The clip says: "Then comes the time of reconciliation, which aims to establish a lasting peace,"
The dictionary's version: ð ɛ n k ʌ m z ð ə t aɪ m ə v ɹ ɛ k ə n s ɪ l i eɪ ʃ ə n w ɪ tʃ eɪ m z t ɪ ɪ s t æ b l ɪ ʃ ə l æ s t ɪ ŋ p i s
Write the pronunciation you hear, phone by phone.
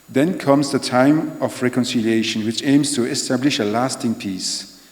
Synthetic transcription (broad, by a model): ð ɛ n k ʌ m z ð ə t aɪ m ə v ɹ ɛ k ə n s ɪ l i eɪ ʃ ə n w ɪ tʃ eɪ m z t ɪ ɪ s t æ b l ɪ ʃ ə l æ s t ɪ ŋ p i s